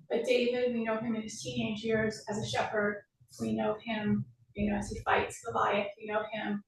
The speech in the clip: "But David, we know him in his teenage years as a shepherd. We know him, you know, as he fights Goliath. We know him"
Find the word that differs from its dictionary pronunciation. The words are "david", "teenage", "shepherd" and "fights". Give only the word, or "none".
none